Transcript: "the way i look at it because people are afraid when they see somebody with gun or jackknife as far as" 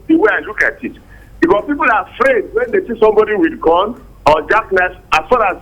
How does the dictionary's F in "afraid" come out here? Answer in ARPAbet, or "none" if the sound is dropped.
F